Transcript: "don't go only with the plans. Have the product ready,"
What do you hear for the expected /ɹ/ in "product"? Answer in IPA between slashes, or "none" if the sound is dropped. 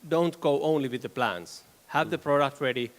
/ɹ/